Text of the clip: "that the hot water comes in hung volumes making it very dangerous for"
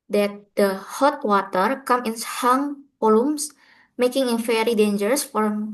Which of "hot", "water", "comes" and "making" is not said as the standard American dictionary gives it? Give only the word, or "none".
comes